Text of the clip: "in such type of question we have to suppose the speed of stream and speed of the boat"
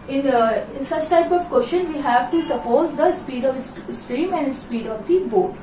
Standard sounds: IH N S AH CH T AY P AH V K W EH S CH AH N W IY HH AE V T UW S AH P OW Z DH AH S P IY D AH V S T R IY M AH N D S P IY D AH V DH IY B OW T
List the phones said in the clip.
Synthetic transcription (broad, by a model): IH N S AH CH T AY P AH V K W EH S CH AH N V IY HH AE V T UW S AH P OW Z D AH S P IY D AH V S T R IY M AH N D S P IY D AH V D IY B OW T